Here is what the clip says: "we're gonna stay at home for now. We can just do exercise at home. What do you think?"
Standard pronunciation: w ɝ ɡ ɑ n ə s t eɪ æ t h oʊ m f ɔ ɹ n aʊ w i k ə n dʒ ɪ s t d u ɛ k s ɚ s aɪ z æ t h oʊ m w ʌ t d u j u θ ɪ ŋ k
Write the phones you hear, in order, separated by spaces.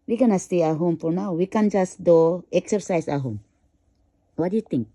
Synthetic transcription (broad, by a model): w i ɡ ɑ n ə s t eɪ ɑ h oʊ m p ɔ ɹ n aʊ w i k ə n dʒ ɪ s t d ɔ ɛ k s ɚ s aɪ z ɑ h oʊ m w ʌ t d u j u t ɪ ŋ k